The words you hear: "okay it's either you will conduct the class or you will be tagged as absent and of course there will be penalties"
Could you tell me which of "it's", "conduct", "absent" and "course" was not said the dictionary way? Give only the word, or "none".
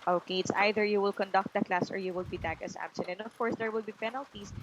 absent